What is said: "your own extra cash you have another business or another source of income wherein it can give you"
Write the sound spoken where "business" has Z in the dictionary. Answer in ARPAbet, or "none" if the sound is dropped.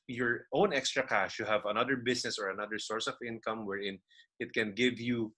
S